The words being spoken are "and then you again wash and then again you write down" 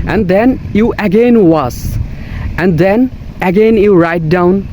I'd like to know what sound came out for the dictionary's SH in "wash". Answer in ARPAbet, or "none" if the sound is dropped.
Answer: S